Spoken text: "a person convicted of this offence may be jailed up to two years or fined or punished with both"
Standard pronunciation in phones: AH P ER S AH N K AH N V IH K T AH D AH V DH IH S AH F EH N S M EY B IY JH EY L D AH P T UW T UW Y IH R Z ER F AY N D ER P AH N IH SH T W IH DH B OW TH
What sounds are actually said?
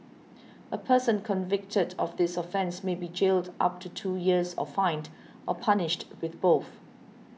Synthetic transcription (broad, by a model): AH P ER S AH N K AH N V IH K T AH D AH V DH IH S AH F EH N S M EY B IY JH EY L D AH P T UW T UW Y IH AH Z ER F AY N D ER P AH N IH SH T W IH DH B OW TH